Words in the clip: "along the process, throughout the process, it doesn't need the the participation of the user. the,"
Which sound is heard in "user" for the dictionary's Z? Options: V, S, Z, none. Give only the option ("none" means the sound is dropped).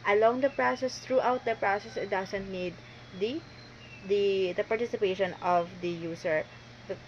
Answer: S